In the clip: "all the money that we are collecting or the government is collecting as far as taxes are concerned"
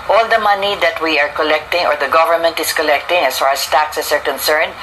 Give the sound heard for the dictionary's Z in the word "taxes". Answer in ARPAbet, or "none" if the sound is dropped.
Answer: S